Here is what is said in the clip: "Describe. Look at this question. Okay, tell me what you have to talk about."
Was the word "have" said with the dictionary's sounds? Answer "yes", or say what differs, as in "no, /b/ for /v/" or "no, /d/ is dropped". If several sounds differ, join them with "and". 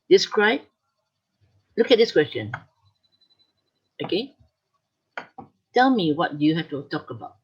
no, /f/ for /v/